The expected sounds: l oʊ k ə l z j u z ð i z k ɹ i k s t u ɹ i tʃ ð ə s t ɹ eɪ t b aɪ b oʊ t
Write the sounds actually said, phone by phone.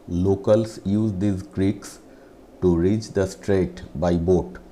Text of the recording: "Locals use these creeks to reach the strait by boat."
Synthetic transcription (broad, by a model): l oʊ k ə l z j u z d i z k ɹ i k s t u ɹ i tʃ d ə s t ɹ eɪ t b aɪ b oʊ t